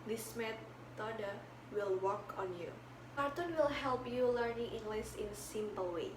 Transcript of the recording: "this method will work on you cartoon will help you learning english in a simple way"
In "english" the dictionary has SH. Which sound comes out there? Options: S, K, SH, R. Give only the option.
S